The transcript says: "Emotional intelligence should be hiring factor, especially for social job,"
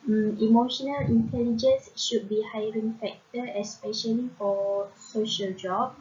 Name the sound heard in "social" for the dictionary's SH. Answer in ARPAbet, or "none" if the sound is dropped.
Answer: SH